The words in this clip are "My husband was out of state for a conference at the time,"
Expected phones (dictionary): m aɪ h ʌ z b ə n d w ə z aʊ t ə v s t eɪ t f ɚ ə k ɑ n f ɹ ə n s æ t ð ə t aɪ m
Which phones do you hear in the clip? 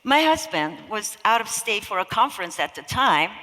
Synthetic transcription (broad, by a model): m aɪ h ʌ z b ə n d w ə z aʊ t ə v s t eɪ t f ɚ ə k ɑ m f ɹ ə n s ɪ t ð ə t aɪ m